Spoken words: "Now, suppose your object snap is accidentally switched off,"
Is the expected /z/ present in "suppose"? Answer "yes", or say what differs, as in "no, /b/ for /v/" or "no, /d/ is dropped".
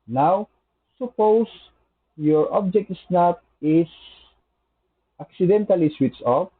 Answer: no, /s/ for /z/